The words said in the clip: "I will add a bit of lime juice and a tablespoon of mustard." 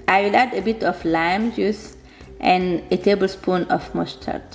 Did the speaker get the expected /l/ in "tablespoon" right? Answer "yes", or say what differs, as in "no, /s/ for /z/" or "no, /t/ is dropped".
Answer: yes